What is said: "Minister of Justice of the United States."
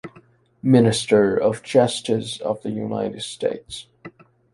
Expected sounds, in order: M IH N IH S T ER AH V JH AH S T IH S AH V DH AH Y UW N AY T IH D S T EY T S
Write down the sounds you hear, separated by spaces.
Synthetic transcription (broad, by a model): M IH N IH S T ER AH V CH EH S T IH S AH V DH AH Y UW N AY T IH D S T EY T S